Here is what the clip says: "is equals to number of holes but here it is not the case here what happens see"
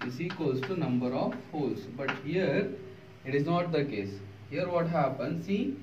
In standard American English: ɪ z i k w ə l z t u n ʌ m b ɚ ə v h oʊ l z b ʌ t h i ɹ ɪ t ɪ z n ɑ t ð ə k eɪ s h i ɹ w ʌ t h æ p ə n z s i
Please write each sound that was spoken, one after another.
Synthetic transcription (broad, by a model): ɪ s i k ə z t u n ʌ m b ɚ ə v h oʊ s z b ʌ t h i ɹ ɪ t ɪ z n ɑ t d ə k eɪ s h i ɹ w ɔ t h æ p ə n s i